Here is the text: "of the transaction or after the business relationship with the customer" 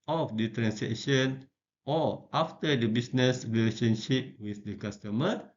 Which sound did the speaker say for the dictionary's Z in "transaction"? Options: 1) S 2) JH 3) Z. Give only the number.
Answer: 1